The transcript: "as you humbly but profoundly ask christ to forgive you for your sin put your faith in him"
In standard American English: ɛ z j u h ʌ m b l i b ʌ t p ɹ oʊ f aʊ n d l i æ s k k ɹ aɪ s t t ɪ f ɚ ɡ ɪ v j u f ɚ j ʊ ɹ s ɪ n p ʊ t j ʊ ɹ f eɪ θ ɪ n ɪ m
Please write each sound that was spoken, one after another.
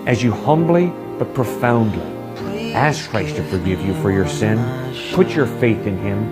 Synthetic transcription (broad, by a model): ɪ z j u h ʌ m b l i b ʌ t p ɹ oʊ f aʊ n d l i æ s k k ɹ aɪ s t t ɪ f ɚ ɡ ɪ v j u f ɚ j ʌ ɹ s ɪ n p ʊ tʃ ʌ ɹ f eɪ θ ɪ n ɪ m